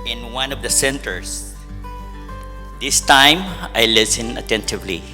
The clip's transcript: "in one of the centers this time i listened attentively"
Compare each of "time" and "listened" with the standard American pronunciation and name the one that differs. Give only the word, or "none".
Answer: listened